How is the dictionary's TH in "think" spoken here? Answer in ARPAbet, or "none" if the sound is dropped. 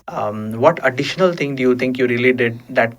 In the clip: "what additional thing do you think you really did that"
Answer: T